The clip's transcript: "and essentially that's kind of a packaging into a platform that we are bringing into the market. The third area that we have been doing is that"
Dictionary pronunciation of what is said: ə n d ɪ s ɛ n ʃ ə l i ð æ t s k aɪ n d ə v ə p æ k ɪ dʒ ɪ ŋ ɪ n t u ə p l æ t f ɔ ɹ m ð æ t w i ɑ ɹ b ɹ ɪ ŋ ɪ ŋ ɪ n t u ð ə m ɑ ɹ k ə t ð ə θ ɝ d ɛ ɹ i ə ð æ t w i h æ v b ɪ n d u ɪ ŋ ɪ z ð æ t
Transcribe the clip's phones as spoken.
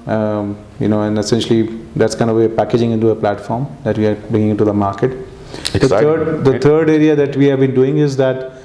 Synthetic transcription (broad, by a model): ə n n ɪ s ɛ n ʃ ə l i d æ t s k aɪ n d ə v ə p æ k ɪ dʒ ɪ ŋ ɪ n t u ə p l æ t f ɔ ɹ m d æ t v i ɑ ɹ b ɹ ɪ ŋ ɪ ŋ ɪ n t u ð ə m ɑ ɹ k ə t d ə t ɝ d ɛ ɹ i ə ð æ t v i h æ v b ɪ n d u ɪ ŋ ɪ z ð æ t